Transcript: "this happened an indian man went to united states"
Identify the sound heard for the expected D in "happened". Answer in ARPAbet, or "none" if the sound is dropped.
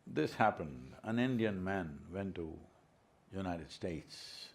D